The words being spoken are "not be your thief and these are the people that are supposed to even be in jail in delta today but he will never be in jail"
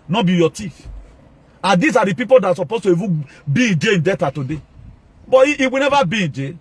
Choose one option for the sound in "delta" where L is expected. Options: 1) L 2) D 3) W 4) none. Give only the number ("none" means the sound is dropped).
4